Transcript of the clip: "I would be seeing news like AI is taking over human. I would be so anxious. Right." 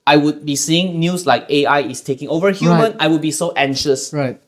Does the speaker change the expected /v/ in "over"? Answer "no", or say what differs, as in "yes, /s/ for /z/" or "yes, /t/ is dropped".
no